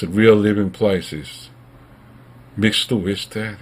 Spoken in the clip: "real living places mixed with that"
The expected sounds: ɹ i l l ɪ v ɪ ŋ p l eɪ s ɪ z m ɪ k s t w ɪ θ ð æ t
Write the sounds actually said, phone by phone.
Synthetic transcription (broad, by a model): ɹ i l l ɪ v ɪ ŋ p l eɪ s ɪ z m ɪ k s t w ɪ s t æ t